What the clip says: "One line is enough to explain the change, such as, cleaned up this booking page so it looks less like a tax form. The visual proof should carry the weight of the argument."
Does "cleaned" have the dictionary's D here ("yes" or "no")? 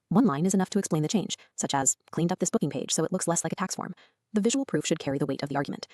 yes